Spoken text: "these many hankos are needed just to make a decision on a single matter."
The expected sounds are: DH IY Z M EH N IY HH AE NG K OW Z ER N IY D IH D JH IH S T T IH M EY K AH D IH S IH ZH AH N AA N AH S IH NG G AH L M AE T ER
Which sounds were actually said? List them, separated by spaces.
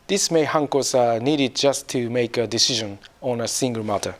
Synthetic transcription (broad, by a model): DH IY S M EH IY HH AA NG K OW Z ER N IY D IH D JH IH S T T IH M EY K AH D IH S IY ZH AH N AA N AH S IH NG G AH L M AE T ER